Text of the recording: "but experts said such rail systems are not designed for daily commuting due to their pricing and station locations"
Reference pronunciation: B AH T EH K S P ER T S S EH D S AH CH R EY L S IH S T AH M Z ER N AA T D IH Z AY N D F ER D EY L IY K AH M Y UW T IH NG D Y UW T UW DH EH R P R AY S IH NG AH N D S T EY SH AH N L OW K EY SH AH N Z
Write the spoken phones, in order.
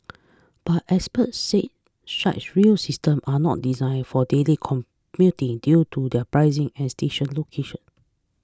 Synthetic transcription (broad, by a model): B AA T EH S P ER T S S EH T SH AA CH R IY L S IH S T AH M AA N AA T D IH Z AY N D F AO D EY L IY K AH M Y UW T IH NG D Y UW T UW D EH P R AY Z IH NG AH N S T EY SH AH N L OW K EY SH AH N